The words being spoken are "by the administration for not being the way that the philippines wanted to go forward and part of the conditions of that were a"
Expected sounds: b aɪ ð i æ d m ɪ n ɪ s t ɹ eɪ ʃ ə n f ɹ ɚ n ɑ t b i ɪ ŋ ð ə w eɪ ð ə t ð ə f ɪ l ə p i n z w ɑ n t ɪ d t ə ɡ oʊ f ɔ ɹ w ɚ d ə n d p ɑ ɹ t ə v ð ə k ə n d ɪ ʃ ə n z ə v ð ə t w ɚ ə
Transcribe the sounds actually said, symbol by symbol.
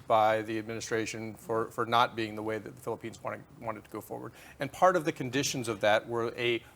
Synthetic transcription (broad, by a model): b aɪ ð i æ d m ɪ n ɪ s t ɹ eɪ ʃ ə n f ɹ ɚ n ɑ t b i ɪ ŋ ð ə w eɪ ð ə t ð ə f ɪ l ə p i n z w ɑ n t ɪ d t ə ɡ oʊ f ɔ ɹ w ɚ d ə n p ɑ ɹ t ə v ð ə k ə n d ɪ ʃ ə n z ə v ð ə t w ɚ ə